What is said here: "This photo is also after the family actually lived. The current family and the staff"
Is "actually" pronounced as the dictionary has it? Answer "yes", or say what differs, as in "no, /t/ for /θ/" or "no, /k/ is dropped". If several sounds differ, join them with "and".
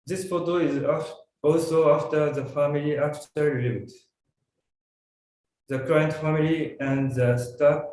no, /l/ is dropped